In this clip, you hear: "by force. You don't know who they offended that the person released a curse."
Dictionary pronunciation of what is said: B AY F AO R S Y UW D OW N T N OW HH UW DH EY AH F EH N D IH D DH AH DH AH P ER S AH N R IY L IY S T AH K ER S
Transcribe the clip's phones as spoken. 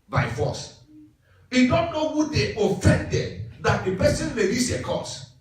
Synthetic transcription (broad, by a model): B AY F AO S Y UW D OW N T N OW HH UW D EY AH F EH N D IH D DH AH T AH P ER S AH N L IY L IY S AH K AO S